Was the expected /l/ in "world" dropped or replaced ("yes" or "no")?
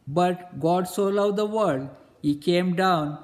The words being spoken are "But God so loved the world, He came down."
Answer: yes